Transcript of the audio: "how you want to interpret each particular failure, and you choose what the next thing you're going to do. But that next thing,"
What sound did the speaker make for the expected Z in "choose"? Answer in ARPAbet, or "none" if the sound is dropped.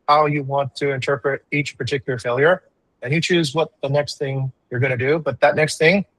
Z